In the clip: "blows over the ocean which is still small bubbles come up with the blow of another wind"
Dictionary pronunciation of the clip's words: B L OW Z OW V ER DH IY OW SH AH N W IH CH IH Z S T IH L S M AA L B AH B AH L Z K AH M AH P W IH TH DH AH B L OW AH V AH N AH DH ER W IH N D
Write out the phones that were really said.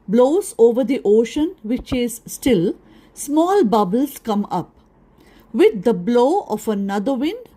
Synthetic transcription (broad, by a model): B L OW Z OW V ER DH IY OW SH AH N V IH CH IH Z S T IH L S M AA L B AH B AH L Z K AH M AH P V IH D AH B L OW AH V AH N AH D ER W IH N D